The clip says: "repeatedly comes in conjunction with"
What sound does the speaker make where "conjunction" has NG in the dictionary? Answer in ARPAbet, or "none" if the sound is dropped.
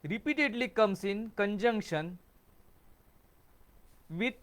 NG